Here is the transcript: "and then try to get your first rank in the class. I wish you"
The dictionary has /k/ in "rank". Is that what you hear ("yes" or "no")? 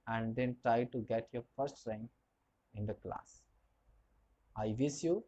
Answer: no